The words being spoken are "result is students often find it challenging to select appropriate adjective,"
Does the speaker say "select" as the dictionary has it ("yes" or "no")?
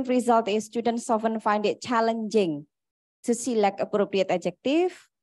no